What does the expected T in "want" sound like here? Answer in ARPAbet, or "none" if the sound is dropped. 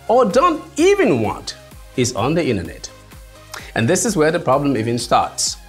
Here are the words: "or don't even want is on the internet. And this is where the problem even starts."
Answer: T